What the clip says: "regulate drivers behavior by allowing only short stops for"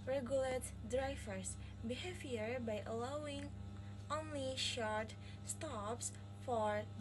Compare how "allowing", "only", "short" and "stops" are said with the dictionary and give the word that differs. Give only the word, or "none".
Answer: none